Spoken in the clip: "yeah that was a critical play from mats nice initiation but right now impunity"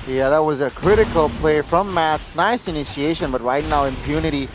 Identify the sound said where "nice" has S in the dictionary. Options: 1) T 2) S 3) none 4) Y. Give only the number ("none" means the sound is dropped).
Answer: 2